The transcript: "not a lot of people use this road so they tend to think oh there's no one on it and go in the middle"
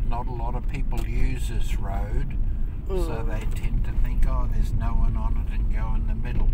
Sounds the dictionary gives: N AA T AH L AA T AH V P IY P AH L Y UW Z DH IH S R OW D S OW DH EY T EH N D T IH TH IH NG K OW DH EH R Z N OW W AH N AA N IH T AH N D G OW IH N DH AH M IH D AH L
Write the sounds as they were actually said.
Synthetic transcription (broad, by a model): N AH T AH L AA T AH V P IY P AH L Y UW Z DH IH S R OW D S OW DH EY T EH N T IH TH IH NG K OW DH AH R Z N OW W AH N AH N IH T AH N G OW IH N DH AH M IH D L